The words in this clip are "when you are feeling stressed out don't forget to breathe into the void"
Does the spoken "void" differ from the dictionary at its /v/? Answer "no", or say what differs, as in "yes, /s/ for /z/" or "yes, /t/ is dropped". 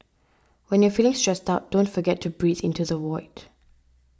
yes, /w/ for /v/